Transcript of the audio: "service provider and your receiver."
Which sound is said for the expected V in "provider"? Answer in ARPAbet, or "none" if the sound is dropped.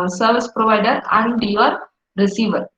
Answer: V